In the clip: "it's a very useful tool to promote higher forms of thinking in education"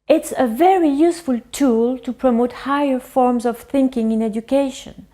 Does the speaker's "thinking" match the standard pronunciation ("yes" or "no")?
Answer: yes